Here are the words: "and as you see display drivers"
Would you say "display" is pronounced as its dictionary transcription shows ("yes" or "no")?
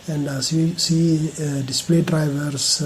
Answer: yes